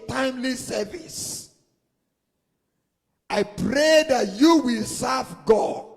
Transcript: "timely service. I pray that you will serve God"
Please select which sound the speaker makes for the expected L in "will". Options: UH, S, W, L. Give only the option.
L